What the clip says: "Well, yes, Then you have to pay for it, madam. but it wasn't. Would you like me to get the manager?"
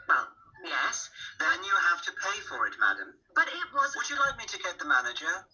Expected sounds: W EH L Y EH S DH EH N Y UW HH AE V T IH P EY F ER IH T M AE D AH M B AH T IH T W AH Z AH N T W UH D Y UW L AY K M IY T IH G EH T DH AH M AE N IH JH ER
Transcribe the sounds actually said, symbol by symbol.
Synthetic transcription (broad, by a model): W EH L Y EH S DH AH N Y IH HH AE F T IH P EY F ER IH T M AE D AH M B AH T IH T W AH Z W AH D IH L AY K M IY T IH G EH T DH AH M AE N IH JH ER